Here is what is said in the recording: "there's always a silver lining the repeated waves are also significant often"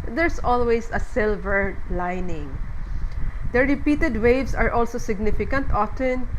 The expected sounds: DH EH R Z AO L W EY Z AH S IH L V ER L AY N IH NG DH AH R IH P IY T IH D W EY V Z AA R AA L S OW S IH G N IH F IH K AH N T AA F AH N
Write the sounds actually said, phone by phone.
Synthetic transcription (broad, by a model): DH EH R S AO L W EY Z AH S IH L V ER L AY N IH NG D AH R IH P IY T IH D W EY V S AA R AA L S OW S IH G N IH F IH K AH N T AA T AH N